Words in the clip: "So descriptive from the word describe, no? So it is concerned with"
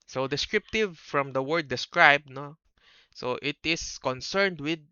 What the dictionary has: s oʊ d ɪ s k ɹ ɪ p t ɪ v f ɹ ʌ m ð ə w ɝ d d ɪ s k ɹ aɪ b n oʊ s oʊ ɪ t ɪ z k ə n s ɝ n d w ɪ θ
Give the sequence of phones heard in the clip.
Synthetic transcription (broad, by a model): s oʊ d ɪ s k ɹ ɪ p t ɪ v f ɹ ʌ m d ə w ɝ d d ɪ s k ɹ aɪ b n oʊ s oʊ ɪ t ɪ s k ə n s ɝ n d w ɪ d